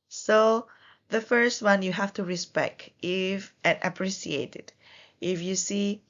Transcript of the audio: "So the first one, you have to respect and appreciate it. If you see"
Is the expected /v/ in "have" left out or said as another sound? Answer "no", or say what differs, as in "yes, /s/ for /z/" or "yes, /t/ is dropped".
yes, /f/ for /v/